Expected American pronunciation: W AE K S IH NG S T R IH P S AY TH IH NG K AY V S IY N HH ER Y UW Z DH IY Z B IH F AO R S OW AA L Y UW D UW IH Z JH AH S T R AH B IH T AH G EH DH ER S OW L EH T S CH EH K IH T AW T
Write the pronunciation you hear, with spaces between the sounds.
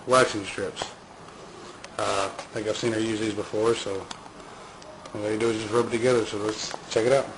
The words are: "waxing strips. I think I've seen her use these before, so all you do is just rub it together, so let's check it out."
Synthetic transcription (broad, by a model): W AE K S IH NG S T R IH P S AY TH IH K AY V S IY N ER Y UW Z DH IY Z B IH F AO R S OW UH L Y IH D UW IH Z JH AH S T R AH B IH T AH G EH DH ER S OW L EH T S CH EH K IH T AW T